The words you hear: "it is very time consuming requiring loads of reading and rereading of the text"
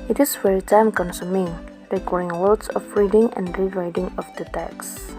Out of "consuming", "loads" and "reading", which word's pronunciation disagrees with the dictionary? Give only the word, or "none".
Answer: loads